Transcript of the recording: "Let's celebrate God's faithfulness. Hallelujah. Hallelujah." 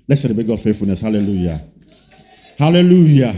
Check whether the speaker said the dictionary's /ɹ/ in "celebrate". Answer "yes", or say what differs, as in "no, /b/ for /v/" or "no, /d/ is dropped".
no, /ɹ/ is dropped